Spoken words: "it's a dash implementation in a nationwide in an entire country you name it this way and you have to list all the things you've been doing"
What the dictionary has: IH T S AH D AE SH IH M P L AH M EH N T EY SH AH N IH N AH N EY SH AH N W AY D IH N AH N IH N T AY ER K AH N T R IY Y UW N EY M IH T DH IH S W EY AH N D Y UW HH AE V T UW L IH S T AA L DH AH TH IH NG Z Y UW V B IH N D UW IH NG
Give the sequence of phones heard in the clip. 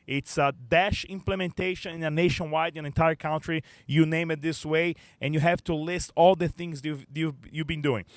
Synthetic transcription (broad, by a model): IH T S AH D AE SH IH M P L AH M EH N T EY SH AH N IH N AH N EY SH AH N W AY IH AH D IH N T AY ER K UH N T R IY Y UW N EY M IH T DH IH S W EY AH N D Y UW HH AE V T UW L IH S T AA L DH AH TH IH NG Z Y UW V B IH N D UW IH NG